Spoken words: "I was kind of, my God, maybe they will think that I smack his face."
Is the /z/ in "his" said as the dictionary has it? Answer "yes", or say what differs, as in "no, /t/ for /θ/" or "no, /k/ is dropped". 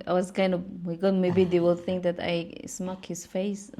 no, /s/ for /z/